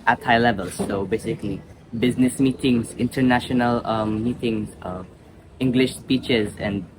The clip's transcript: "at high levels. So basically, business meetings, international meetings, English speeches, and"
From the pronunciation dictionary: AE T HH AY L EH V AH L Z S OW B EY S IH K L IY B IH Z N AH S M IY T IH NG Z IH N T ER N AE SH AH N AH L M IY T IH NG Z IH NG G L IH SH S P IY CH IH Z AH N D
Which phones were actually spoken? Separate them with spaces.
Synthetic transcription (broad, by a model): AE T HH AY L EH V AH L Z S OW B EY S IH K L IY B IH Z N AH S M IY T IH NG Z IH N T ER N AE SH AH N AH L M IY T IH NG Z IH NG G L IH SH S P IY CH IH Z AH N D